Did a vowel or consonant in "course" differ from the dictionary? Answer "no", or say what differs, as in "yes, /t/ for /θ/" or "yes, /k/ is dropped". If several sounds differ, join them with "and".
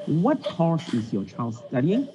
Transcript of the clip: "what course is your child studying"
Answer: yes, /ʃ/ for /s/